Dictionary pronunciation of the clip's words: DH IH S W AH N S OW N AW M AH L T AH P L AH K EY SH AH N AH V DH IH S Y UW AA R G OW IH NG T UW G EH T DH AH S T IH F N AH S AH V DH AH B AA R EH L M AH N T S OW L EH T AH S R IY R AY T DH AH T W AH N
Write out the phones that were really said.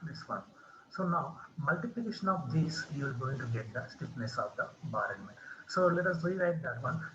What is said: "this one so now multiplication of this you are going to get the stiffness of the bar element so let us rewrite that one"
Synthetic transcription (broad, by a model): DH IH S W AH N S OW N AW M AH L T AH P L AH K EY SH AH N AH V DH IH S Y UW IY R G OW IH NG T UW G EH T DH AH S T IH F N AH S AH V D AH B AA R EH N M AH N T S OW L EH T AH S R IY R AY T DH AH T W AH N